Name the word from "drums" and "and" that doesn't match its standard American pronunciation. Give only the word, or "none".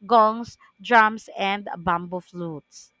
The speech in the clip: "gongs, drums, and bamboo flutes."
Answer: drums